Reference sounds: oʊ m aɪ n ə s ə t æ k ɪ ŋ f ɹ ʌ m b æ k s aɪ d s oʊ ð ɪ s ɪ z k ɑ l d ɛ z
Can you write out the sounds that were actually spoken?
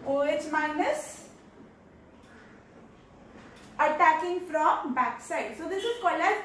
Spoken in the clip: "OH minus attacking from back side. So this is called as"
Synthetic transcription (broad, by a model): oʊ m aɪ n ə s ə t æ k ɪ ŋ f ɹ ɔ m b æ k s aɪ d s oʊ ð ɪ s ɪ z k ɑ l ɛ